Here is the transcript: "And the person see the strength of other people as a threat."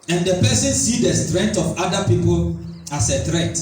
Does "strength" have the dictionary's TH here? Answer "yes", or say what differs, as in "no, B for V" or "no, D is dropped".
no, T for TH